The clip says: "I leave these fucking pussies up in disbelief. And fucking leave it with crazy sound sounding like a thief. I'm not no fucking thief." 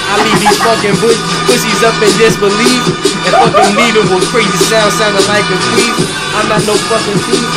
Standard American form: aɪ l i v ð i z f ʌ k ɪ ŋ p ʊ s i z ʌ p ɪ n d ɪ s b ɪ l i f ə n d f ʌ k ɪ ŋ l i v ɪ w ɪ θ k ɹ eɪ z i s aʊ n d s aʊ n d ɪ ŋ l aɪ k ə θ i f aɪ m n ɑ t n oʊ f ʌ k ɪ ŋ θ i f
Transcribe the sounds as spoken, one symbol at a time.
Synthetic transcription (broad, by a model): aɪ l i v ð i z f ʌ k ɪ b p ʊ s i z ʌ p ɪ n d ɪ s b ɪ l i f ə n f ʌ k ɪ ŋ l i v ɪ w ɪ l k ɹ eɪ z i s aʊ n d s aʊ n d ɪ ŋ l aɪ k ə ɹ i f aɪ m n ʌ t n oʊ f ʌ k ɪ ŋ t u